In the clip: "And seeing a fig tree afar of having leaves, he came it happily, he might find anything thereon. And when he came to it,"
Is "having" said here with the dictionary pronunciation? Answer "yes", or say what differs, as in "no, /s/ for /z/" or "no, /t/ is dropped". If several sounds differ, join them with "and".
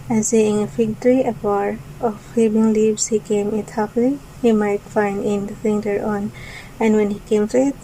no, /b/ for /v/